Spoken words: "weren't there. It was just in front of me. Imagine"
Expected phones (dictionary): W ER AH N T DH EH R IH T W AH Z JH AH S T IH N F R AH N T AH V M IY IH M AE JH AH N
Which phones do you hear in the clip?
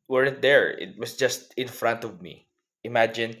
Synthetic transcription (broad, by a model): W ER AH N T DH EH R IH T W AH S JH AH S T IH N F R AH N T AH V M IY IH M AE JH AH N